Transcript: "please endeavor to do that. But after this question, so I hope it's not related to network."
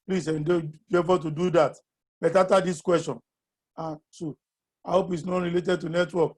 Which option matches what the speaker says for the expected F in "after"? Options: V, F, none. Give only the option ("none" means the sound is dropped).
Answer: none